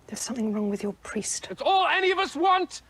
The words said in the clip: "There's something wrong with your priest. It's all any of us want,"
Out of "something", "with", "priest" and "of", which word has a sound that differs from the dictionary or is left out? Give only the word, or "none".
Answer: none